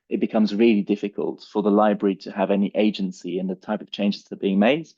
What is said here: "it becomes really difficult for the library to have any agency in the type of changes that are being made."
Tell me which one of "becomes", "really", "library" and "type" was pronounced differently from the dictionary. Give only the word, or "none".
none